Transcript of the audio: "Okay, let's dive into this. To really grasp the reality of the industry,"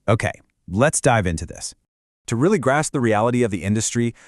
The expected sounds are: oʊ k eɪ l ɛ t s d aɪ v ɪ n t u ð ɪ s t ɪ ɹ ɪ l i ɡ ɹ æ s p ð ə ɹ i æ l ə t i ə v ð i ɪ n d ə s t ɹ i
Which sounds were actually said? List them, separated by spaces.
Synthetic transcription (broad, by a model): oʊ k eɪ l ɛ t s d aɪ v ɪ n t u ð ɪ s t ɪ ɹ ɪ l i ɡ ɹ æ s p ð ə ɹ i æ l ə t i ə v ð i ɪ n d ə s t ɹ i